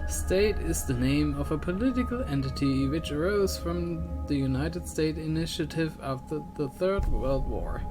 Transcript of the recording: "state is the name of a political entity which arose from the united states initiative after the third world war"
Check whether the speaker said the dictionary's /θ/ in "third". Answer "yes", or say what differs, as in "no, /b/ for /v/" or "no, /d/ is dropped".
yes